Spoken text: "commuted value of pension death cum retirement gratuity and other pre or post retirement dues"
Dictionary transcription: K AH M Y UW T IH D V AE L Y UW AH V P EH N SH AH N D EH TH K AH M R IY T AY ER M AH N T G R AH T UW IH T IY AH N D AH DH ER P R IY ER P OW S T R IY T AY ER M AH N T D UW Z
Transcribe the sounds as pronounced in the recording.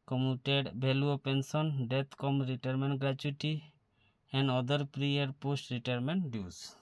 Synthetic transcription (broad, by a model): K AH M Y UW T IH D B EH L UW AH P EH N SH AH N D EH T K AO M R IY T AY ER M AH N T G R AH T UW T IY AH N D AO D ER P R IY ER P OW S T R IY T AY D M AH N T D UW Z